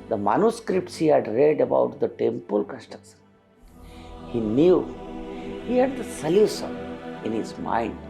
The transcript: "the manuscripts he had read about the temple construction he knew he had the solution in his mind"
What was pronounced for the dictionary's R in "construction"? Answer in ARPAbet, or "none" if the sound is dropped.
none